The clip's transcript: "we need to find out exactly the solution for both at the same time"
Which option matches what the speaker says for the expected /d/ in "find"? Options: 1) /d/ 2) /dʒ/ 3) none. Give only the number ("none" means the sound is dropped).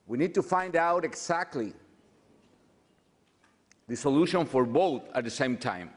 1